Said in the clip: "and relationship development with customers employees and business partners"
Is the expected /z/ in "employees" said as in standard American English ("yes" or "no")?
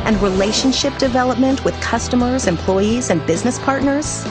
yes